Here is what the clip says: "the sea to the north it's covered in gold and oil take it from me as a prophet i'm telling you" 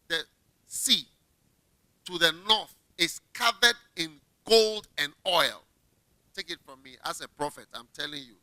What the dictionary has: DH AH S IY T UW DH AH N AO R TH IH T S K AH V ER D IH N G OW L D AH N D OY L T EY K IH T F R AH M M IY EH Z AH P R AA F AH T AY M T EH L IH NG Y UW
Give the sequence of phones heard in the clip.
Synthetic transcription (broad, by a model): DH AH S IY T UW DH AH N AO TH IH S K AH V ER D IH N G OW L D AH N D OY L T EY K IH T F R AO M M IY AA S AH P R AA F AH T AY M T EH L IH NG Y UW